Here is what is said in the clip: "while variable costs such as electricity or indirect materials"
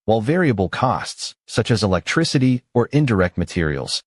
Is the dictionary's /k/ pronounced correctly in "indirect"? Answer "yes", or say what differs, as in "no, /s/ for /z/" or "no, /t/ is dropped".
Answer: yes